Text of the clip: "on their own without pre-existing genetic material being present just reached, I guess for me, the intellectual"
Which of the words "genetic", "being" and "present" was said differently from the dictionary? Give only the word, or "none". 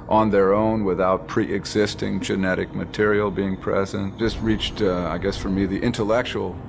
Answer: none